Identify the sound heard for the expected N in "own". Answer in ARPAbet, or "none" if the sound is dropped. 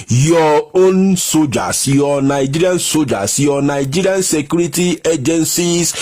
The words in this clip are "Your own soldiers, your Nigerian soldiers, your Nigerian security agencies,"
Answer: N